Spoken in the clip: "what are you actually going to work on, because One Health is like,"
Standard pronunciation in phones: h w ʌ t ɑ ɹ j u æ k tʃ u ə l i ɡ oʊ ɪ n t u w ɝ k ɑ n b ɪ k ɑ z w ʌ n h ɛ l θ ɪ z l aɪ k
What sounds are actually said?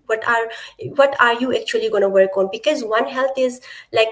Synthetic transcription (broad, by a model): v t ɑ t ɑ ɹ j u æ k tʃ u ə l i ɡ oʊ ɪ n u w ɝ k ɑ n b ɪ k ɑ z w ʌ n h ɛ l t ɪ z l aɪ k